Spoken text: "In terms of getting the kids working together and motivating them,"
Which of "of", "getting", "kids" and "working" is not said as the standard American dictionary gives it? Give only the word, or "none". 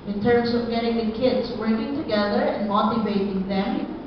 none